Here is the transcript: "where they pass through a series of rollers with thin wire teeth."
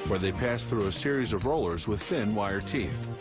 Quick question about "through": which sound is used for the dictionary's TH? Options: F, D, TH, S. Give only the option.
TH